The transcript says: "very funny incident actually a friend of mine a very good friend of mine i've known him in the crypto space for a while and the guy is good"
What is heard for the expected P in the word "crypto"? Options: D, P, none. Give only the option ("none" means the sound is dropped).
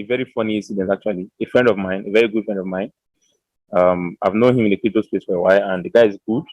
none